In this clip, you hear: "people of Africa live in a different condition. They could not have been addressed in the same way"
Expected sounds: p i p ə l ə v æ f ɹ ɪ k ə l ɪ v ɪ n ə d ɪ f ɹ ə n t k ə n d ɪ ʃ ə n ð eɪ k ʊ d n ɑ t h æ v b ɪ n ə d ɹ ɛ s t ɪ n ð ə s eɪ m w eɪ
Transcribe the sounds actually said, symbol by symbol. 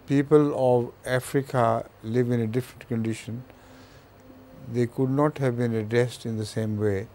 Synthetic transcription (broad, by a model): p i p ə l ə v æ f ɹ ɪ k ə l ɪ v ɪ n ə d ɪ f ɹ ə n t k ə n d ɪ ʃ ə n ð eɪ k ʊ d n ɑ t h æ v b ɪ n ə d ɹ ɛ s t ɪ n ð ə s eɪ m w eɪ